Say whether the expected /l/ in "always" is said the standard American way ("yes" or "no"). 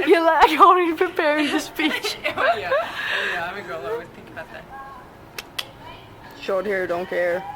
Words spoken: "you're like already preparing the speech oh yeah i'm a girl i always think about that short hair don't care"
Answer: no